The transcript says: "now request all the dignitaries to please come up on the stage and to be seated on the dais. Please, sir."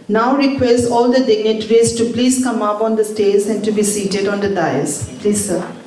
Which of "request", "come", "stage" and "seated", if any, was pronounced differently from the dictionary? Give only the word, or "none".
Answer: stage